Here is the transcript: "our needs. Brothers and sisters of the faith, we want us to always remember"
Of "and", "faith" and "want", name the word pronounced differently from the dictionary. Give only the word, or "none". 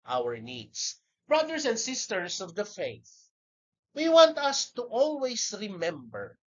none